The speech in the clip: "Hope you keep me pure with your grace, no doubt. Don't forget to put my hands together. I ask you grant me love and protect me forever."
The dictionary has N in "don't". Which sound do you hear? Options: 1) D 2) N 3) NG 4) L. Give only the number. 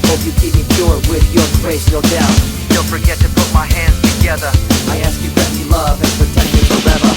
4